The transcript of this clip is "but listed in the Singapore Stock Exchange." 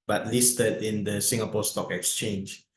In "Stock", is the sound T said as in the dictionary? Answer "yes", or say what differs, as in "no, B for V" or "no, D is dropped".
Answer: yes